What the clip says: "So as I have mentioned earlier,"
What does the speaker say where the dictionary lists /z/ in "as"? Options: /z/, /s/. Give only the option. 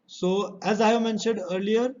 /z/